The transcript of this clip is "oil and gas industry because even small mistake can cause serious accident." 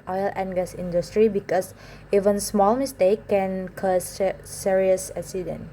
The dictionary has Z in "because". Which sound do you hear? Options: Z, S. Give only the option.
S